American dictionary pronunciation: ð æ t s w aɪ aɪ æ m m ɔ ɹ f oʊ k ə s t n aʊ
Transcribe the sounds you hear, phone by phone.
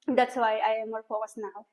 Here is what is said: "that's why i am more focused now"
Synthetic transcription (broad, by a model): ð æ t s w aɪ aɪ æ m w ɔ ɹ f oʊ ə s n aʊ